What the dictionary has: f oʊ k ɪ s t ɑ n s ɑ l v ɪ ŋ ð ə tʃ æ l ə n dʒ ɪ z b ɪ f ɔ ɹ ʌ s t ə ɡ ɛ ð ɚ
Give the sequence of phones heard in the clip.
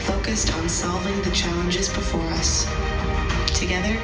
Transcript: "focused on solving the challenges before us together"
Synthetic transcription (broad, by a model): f oʊ k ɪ s t n s ɑ l v ɪ ŋ ð ə tʃ æ l ə n dʒ ɪ z b ɪ f ɔ ɹ ʌ s t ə ɡ ɛ ð ɚ